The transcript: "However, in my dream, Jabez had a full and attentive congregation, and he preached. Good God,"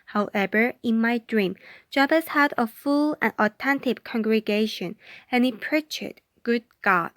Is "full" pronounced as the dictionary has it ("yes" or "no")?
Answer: yes